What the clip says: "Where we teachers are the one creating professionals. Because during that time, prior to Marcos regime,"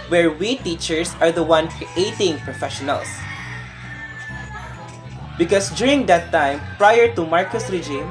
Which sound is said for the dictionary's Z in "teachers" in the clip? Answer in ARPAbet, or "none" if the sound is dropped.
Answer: S